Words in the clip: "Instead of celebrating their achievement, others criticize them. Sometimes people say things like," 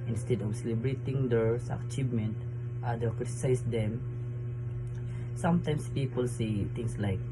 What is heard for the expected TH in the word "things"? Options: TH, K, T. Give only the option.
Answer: T